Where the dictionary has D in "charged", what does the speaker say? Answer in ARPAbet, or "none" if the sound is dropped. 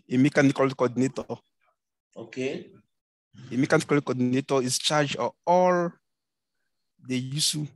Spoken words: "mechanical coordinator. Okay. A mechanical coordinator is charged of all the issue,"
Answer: none